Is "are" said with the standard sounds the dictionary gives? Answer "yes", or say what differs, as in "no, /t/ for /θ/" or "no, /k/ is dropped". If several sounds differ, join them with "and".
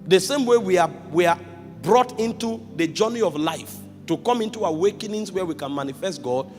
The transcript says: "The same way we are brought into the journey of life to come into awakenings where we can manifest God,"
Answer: no, /w/ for /ɹ/